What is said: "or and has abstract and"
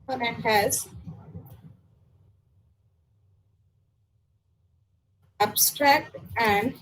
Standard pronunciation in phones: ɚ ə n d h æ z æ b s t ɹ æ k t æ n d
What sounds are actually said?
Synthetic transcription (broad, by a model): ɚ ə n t h æ z æ b s t ɹ æ k t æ n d